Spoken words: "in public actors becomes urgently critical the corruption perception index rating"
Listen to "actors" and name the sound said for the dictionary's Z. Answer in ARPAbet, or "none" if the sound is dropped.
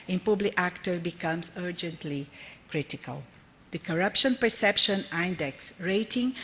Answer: none